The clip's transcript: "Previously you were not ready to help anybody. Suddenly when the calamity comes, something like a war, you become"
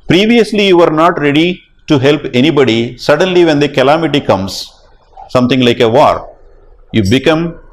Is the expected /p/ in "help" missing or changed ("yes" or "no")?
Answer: no